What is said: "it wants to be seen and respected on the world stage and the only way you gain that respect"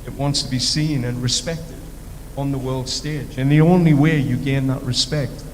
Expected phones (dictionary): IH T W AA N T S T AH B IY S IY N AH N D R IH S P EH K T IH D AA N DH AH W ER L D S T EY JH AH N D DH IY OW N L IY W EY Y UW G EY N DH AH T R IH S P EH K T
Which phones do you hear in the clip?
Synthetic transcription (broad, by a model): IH T W AA N T S T AH B IY S IY N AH N R IH S P EH K T IH D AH N DH AH W ER L D S T EY JH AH N DH IY OW N L IY W EY Y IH G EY N DH AH T R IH S P EH K T